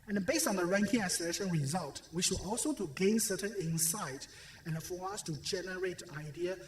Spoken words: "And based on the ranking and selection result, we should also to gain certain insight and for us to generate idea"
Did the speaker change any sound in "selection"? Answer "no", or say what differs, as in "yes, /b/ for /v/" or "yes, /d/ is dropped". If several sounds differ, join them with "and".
yes, /k/ is dropped